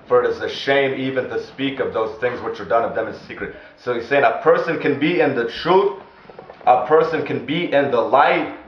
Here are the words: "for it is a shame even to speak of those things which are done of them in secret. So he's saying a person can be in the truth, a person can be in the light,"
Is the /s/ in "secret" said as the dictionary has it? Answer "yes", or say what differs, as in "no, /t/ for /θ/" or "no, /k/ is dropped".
yes